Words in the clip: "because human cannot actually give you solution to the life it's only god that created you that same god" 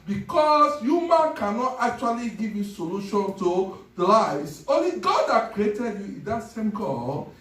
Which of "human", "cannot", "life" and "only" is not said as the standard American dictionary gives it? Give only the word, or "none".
life